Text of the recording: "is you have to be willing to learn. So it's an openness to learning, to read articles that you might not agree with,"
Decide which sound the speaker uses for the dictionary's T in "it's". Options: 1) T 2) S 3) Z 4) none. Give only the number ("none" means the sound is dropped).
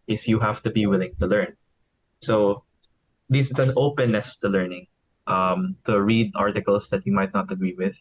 2